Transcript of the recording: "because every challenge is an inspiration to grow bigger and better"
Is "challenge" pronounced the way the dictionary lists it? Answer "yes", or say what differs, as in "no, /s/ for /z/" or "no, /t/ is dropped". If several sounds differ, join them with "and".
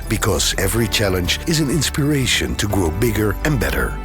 yes